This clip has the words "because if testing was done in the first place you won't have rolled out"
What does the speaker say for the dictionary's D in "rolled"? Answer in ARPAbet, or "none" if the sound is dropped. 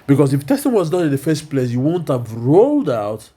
D